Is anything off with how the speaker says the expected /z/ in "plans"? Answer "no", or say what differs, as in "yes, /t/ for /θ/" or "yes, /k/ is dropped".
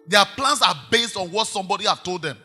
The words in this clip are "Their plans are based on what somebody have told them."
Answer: yes, /s/ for /z/